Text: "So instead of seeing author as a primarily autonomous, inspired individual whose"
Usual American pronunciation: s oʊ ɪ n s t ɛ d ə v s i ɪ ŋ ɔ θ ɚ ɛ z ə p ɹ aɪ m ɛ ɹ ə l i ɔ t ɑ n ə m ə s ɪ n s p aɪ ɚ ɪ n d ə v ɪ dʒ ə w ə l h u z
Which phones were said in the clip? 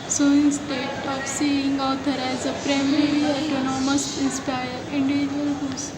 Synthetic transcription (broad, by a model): s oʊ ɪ n s t ɛ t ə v s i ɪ ŋ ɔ t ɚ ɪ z ə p ɹ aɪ m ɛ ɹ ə i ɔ t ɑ n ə m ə s ɪ n s p aɪ ɚ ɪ n d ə v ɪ dʒ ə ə l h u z